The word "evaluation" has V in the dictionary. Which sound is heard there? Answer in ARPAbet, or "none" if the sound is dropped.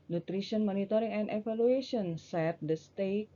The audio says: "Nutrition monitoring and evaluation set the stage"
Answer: F